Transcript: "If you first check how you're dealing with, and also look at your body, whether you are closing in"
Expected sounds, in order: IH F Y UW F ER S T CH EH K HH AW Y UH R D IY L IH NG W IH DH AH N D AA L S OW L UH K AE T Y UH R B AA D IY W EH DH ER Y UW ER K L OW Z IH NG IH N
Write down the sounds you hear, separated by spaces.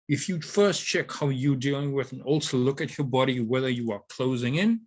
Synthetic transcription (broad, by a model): IH F Y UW F ER S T CH EH K HH AW Y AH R D IY L IH NG W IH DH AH N AA L S OW L UH K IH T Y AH R B AA D IY W EH DH ER Y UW ER K L OW Z IH NG IH N